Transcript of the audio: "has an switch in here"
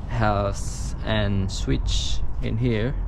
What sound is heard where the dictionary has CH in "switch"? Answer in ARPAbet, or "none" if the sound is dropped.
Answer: CH